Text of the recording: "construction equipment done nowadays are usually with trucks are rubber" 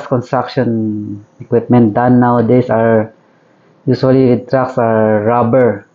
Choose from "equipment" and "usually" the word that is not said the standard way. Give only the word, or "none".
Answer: usually